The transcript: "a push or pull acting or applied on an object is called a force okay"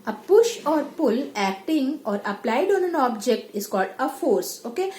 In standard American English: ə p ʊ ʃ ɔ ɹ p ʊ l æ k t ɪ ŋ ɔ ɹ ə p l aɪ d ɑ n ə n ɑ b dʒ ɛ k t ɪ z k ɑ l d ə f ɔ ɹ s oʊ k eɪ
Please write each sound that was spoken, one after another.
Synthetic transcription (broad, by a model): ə p ʊ ʃ ɔ ɹ p ʊ l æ k t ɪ ŋ ɔ ɹ ə p l aɪ d ɑ n ə n ɑ b dʒ ɛ k t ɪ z k ɑ l d ə f ɔ ɹ s oʊ k eɪ